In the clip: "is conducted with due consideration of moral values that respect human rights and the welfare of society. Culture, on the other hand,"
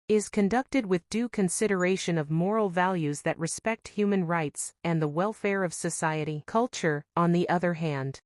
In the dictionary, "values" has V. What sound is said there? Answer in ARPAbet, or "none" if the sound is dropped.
V